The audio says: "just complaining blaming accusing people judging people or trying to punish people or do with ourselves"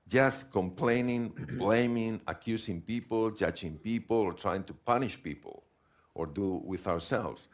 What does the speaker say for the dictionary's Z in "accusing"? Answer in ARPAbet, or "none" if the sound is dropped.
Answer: S